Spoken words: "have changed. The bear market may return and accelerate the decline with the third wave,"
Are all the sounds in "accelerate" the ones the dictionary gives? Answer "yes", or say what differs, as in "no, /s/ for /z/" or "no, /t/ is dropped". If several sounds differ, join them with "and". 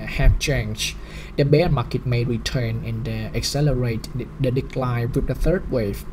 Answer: yes